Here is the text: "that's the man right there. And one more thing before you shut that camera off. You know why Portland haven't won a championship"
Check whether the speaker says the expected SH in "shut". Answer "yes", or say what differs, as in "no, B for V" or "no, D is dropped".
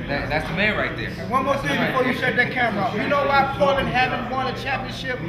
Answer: no, S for SH